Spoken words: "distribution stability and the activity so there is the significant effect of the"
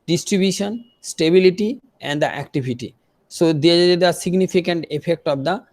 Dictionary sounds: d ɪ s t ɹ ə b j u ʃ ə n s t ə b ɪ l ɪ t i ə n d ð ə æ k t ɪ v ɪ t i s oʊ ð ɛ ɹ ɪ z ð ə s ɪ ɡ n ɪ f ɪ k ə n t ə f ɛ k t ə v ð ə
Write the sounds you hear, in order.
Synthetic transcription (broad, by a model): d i s t ɹ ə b j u ʃ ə n s t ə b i l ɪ t i ə n d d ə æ k t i b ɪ t i s oʊ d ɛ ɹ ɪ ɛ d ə s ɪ ɡ n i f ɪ k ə n t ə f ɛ k t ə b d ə